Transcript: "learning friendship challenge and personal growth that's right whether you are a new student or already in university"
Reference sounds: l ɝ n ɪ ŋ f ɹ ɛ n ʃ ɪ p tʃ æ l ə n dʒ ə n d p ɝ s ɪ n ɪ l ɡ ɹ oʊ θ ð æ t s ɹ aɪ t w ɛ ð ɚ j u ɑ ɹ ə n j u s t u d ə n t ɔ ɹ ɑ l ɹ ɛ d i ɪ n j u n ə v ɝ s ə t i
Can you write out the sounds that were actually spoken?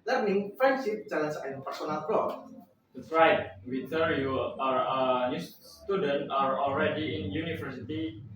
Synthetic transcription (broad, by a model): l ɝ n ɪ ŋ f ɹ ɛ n s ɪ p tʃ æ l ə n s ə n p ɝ s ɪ n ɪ l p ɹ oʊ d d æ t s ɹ aɪ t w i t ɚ j u ɑ ɹ ə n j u s t u d ə n t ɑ ɹ ɑ l ɹ ɛ d i ɪ n j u n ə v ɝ s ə t i